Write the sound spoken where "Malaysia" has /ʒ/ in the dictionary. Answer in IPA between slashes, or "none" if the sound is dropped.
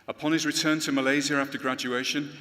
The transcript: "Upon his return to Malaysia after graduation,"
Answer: /z/